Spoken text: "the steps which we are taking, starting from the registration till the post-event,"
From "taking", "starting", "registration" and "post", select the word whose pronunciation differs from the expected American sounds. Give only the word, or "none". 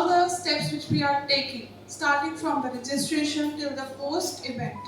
post